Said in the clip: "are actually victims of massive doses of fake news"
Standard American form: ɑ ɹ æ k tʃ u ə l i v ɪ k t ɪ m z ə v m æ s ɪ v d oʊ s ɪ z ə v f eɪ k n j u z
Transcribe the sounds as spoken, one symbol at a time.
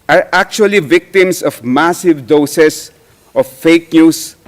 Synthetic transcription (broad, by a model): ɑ ɹ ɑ k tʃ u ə l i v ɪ k t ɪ m s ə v m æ s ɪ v d oʊ s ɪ s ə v f eɪ k n j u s